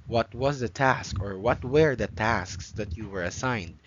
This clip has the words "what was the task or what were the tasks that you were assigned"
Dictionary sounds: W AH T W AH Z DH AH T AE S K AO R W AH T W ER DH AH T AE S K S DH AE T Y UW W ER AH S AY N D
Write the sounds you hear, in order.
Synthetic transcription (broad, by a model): W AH T W AH Z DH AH T AE S K AO R W AH T W ER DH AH T AE S K S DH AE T Y UW W ER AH S AY N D